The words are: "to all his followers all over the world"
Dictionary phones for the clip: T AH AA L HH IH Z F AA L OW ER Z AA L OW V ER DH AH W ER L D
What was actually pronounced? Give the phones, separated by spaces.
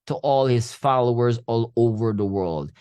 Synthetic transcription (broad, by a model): T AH AA L HH IH Z F AA L OW ER Z AA L OW V ER DH AH W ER L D